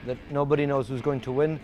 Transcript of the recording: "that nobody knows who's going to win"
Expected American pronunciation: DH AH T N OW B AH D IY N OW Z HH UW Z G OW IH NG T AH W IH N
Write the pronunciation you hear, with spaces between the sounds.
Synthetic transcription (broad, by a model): DH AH T N OW B AH D IY N OW Z HH UW Z G OW IH NG T AH W IH N